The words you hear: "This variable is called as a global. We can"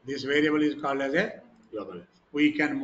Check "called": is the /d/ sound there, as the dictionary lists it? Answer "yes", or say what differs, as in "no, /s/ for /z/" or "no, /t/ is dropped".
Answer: yes